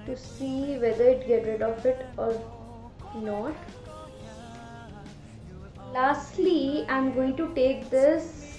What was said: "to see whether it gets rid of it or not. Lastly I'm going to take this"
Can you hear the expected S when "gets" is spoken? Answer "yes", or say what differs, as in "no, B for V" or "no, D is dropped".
no, S is dropped